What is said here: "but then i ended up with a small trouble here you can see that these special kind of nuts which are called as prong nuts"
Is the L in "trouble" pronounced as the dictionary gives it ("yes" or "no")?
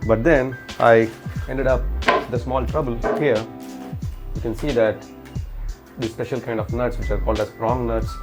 yes